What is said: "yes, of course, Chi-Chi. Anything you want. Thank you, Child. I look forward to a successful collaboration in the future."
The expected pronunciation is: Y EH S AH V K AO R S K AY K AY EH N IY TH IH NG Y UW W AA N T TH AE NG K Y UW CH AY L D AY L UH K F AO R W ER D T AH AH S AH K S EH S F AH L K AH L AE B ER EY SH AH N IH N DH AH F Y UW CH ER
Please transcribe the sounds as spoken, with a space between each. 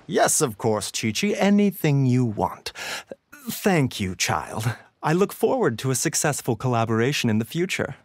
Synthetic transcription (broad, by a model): Y EH S AH V K AO R S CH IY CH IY EH N IY TH IH NG Y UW W AA N T TH AE NG K Y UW CH AY L D AY L UH K F AO R W ER D T AH AH S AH K S EH S F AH L K AH L AE B ER EY SH AH N IH N DH AH F Y UW CH ER